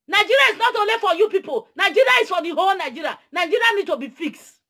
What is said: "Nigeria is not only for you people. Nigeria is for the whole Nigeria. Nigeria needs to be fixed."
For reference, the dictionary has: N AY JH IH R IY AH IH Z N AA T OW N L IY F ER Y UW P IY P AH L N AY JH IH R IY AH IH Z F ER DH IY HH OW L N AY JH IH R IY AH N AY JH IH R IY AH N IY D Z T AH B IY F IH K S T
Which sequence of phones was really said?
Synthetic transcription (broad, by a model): N AY JH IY R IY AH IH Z N AA T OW L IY F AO Y UW P IY P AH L N AY JH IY R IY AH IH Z F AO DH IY HH OW L N AY JH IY R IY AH N AY JH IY R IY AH N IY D T AH B IY F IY K S T